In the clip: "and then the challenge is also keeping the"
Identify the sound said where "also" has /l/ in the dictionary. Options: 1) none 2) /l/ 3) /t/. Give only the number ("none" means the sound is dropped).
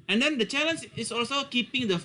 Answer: 2